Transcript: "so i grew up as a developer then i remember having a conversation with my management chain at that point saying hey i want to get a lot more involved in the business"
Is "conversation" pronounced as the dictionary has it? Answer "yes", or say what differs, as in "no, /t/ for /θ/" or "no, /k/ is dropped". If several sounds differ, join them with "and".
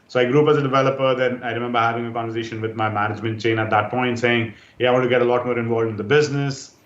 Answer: yes